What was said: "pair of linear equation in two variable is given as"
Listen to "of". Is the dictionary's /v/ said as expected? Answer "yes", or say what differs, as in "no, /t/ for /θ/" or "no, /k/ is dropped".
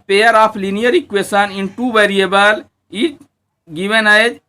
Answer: no, /p/ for /v/